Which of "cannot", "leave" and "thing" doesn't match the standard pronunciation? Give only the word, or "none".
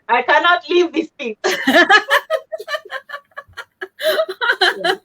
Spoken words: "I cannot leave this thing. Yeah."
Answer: thing